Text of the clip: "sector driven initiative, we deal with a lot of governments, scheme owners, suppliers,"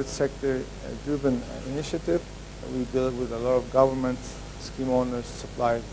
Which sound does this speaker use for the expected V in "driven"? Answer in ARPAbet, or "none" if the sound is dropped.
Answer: B